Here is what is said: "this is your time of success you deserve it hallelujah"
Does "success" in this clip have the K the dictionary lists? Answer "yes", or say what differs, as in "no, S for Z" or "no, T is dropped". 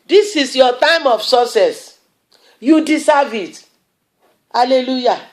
no, K is dropped